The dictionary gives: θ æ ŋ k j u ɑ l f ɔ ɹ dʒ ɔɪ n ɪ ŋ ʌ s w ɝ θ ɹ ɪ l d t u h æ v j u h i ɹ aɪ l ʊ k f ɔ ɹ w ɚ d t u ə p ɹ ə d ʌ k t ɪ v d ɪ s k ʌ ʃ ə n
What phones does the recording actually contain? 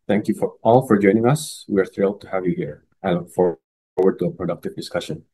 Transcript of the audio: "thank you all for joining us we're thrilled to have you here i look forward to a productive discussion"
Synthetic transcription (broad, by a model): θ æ ŋ k j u ɑ l f ɔ ɹ dʒ ɔɪ n ɪ ŋ ʌ s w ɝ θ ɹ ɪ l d t u h æ v j u h i ɹ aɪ l ʊ k f ɔ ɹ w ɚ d t u ə p ɹ ə d ʌ k t ɪ v d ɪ s k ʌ ʃ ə n